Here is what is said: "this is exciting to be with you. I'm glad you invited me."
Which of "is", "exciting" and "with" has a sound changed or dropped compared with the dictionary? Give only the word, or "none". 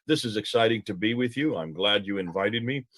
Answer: none